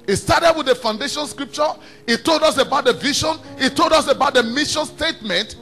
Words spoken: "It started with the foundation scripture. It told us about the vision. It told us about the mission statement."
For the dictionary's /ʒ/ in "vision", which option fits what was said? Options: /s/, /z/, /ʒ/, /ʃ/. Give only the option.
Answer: /ʃ/